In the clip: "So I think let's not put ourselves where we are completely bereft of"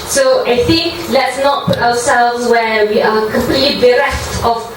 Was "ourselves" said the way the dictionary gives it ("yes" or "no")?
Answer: no